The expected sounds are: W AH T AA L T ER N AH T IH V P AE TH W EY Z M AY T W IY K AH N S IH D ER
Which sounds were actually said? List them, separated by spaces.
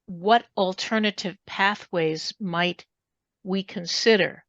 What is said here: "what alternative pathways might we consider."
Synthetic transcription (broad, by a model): W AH T L T ER N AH T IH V P AE TH W EY Z M AY T W IY K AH N S IH D ER